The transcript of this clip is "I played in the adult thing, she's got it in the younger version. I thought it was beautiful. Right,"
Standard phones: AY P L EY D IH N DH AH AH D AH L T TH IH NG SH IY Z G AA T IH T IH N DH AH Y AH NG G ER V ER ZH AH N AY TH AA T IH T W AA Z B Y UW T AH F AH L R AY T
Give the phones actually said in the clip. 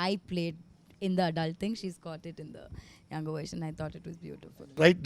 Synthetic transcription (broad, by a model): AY P L EY D IH N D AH AH D AH L T T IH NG SH IY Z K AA T IH T IH N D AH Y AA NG G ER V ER SH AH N AY T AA T IH T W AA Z B Y UW T AH F AH L R AY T